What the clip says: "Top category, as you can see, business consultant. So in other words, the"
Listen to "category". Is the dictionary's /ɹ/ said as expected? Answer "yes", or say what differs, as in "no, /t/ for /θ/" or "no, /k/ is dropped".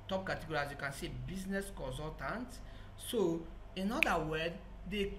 no, /l/ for /ɹ/